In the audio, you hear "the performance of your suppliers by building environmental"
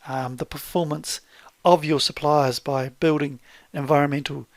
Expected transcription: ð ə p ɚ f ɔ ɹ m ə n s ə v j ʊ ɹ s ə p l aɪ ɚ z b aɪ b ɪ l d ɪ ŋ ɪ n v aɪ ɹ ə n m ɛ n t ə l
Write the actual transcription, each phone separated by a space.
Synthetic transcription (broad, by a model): ð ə p ɚ f ɔ ɹ m ə n s ə v j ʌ ɹ s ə p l aɪ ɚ z b aɪ b ɪ l d ɪ ŋ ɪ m v aɪ ɹ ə n m ɛ n t l